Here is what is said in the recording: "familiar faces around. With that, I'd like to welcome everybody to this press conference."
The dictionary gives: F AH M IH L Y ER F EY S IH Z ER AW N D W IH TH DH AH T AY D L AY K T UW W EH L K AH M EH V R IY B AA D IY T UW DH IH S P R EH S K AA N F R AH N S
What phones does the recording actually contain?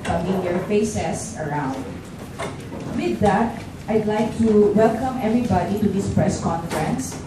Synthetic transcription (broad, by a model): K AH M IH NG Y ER F EY S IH S ER AW N D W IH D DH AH T AY D L AY K T UW W EH L K AH M EH V R IY B AA D IY T UW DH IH S P R EH S K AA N F R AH N S